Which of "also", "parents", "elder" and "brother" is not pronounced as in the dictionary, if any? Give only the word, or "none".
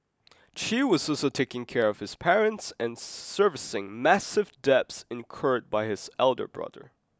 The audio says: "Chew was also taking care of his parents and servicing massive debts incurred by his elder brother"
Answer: none